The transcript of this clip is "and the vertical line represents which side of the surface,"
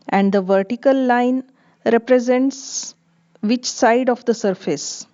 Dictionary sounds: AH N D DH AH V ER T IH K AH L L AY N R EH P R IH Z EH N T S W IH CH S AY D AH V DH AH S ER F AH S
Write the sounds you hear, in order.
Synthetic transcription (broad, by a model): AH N D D AH V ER T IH K AH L L AY N R EH P R IH Z EH N T S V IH CH S AY D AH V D AH S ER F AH S